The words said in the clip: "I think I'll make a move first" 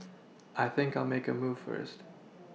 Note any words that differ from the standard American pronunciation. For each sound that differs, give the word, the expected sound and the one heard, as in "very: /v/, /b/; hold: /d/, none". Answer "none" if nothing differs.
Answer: none